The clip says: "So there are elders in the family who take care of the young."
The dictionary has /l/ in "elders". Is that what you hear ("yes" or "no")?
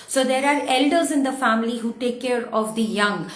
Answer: yes